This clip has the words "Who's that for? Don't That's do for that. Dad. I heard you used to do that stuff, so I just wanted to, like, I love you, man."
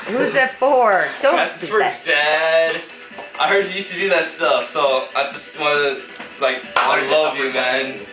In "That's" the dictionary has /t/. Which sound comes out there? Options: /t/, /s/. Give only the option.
/s/